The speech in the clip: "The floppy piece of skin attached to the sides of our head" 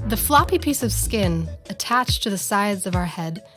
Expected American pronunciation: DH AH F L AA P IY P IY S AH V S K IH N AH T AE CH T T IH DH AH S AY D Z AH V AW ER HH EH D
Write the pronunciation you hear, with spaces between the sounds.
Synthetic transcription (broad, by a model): DH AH F L AA P IY P IY S AH V S K IH N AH T AE CH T T IH DH AH S AY D Z AH V AW ER HH EH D